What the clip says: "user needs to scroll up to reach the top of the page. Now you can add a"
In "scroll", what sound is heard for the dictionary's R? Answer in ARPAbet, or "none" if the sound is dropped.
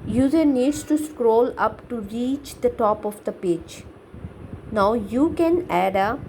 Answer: R